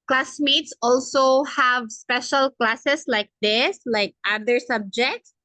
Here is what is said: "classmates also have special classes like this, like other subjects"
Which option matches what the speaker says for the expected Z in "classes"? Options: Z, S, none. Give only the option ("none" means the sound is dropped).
S